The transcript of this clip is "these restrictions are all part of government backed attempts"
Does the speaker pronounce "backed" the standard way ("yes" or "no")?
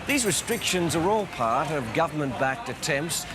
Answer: yes